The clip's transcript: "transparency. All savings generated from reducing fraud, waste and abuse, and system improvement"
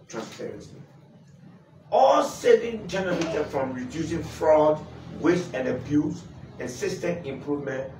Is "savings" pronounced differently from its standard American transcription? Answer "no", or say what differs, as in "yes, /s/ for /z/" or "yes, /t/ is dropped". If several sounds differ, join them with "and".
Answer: yes, /z/ is dropped